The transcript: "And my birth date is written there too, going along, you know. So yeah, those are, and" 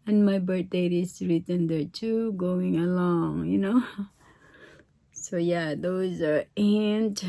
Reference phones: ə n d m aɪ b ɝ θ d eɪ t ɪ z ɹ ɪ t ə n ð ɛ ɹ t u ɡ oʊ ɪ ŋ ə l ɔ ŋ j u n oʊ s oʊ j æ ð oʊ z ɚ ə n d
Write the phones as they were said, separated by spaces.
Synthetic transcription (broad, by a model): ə n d m aɪ b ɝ t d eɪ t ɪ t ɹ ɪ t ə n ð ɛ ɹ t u ɡ oʊ ɪ ŋ ə l ɔ ŋ j u n oʊ s oʊ j æ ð oʊ z ɚ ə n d